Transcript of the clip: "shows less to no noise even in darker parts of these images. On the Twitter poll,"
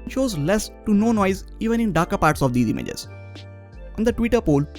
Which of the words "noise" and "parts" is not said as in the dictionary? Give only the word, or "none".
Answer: none